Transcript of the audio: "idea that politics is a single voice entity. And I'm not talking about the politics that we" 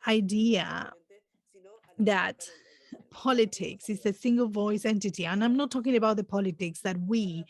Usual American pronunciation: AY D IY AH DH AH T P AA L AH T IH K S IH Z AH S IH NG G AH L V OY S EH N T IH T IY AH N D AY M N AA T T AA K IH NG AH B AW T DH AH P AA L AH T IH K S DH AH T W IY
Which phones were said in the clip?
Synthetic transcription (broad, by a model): AY D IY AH DH AH T P AA L AH T IH K S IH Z AH S IH NG G AH L V OY S EH N T IH T IY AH N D AY M N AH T T AA K IH NG AH B AW T DH AH P AA L AH T IH K S DH AH T W IY